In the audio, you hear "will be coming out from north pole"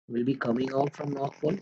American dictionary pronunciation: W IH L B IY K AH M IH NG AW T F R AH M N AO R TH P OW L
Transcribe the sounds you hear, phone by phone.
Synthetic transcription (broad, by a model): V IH L B IY K AH M IH NG AW T F R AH M N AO R T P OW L